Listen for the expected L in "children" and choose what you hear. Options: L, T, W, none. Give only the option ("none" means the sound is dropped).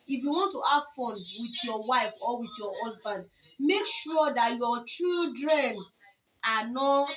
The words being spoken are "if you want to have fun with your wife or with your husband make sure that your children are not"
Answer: none